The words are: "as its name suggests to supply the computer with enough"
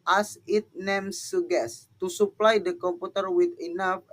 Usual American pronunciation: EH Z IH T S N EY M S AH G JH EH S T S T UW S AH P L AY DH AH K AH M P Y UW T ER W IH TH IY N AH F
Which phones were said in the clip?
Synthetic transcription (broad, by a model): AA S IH T N EY M S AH G EH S S T UW S AH P L AY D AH K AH M P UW T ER W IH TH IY N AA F